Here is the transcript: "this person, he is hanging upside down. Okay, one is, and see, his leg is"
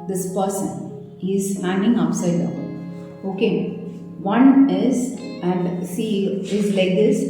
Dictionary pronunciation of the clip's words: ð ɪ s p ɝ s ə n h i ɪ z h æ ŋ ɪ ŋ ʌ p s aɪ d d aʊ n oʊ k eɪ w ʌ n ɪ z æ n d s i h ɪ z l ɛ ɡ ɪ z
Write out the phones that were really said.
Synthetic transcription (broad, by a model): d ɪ s p ɝ s ə n h i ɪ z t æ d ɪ ŋ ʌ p s aɪ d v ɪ oʊ k eɪ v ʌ n ɪ z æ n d s i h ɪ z l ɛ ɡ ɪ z